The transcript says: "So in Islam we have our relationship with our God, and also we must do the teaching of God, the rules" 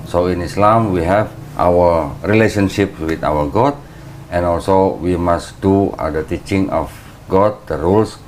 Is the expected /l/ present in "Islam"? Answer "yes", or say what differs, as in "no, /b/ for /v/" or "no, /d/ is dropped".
yes